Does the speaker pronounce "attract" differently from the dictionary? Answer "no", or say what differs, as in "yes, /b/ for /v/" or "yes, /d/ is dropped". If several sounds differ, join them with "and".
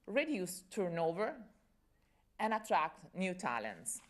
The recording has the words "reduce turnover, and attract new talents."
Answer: no